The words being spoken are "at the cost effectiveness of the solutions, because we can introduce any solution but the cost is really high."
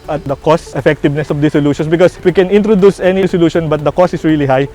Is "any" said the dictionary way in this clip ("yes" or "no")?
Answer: yes